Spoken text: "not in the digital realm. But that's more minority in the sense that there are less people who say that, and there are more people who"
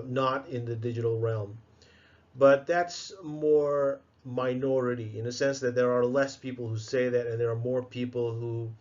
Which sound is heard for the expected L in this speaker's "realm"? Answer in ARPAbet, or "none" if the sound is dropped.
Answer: L